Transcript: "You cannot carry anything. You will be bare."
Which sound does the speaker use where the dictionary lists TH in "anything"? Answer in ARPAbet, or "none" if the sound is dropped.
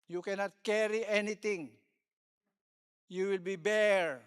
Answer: T